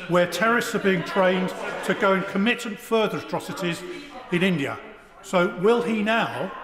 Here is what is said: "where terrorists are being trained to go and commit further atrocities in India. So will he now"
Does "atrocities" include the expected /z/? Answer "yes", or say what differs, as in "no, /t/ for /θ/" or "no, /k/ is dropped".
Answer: yes